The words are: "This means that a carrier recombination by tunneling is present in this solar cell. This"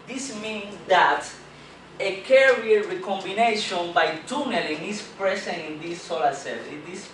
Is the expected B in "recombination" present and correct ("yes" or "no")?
yes